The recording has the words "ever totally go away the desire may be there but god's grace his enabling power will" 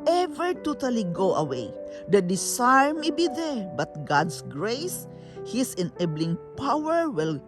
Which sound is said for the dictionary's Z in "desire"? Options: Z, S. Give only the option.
S